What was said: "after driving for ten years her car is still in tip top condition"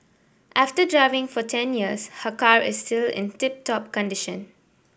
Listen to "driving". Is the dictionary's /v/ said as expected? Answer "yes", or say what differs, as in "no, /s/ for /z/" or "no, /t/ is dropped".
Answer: yes